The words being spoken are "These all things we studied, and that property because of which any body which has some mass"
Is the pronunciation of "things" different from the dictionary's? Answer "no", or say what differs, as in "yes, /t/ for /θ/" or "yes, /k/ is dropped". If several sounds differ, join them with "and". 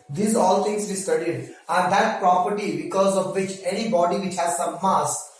yes, /t/ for /θ/